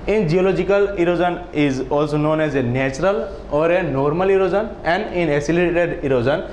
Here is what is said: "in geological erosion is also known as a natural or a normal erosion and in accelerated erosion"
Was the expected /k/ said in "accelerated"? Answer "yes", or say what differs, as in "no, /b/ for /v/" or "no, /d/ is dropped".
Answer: no, /k/ is dropped